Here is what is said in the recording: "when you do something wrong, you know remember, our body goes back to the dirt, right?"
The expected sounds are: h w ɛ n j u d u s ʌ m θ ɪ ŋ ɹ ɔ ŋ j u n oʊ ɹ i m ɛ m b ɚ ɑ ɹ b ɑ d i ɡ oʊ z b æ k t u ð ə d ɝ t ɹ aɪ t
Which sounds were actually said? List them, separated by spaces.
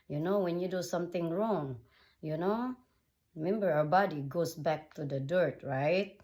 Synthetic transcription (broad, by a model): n w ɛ n j u d u s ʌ m t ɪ ŋ ɹ ɔ ŋ j u n oʊ ɹ i m ɛ m b ɚ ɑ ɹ b ɑ d i ɡ oʊ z b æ k t u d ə d ɝ t ɹ aɪ t